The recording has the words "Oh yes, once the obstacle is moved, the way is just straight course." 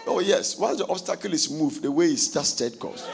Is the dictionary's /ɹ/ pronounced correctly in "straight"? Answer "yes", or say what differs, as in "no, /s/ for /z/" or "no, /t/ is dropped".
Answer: no, /ɹ/ is dropped